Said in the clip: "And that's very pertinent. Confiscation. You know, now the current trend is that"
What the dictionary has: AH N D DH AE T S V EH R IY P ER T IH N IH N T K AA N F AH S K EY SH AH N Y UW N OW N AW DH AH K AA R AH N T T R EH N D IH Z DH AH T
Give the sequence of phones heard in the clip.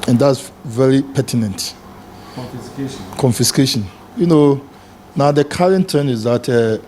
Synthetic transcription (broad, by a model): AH N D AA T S V EH R IY P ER T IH N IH N T K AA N F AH S K EY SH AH N Y UW N OW N AW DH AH K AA R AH N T T EH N IH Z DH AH T